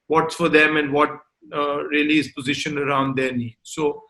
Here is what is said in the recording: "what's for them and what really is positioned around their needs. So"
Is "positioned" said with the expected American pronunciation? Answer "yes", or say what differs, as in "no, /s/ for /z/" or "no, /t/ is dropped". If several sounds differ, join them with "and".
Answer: no, /d/ is dropped